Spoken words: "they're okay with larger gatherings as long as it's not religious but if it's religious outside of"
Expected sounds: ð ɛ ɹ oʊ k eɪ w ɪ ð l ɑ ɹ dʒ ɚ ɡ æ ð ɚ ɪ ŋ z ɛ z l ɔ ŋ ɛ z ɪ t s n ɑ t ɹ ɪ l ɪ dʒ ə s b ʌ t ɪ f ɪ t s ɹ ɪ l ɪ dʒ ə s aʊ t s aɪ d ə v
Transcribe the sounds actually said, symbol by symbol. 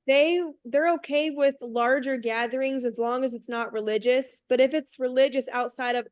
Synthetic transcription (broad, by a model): ð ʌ ɹ oʊ k eɪ w ɪ ð l ɑ ɹ dʒ ɚ ɡ æ ð ɚ ɪ ŋ z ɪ z l ɔ ŋ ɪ z ɪ t s n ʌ t ɹ ɪ l ɪ dʒ ə s b ʌ t ɪ f ɪ t s ɹ ɪ l ɪ dʒ ə s aʊ t s aɪ d ə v